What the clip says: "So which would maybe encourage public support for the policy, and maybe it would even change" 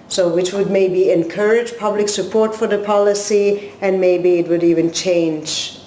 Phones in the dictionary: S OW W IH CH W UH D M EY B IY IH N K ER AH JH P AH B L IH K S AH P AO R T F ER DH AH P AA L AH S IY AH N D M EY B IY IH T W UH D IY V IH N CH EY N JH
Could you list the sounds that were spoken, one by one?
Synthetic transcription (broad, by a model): S OW W IH CH W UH D M EY B IY IH N K ER AH JH P AH B L IH K S AH P AO R T F ER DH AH P AA L AH S IY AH N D M EY B IY IH T W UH D IY V IH N CH EY N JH